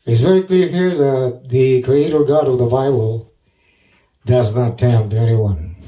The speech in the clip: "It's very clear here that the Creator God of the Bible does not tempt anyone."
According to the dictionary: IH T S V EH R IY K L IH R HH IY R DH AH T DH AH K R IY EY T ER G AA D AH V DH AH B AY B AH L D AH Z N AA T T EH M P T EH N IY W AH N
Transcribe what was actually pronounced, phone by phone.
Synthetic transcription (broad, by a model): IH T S V EH R IY K L IH R HH IY R DH AH T DH AH K R IY EY T ER G AA D AH V DH AH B AY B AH L D AH Z N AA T T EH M T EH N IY W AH N